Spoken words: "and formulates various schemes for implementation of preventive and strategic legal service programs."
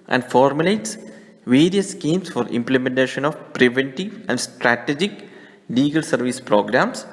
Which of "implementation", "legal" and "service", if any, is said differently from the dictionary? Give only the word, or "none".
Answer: none